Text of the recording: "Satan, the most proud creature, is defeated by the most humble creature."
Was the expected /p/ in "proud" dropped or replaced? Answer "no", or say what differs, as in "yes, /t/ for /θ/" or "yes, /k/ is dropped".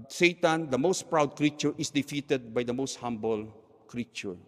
no